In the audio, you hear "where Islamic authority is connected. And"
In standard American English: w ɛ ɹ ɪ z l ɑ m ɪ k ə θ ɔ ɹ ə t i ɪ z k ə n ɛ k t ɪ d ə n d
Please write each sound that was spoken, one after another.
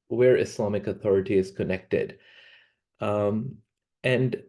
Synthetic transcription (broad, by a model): w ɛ ɹ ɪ s l ɑ m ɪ k ə θ ɔ ɹ ə t i ɪ z k ə n ɛ k t ɪ d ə n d